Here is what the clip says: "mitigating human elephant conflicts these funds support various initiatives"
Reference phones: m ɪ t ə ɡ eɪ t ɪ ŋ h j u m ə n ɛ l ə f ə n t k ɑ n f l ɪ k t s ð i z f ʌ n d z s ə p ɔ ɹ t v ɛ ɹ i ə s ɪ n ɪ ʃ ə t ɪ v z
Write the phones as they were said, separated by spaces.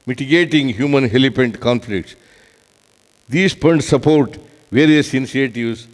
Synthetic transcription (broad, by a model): m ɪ t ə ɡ eɪ t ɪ ŋ h j u m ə n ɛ l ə p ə n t k ɑ n f l ɪ k t s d i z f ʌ n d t s ə p ɔ ɹ t v ɛ ɹ i ə s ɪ n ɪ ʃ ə t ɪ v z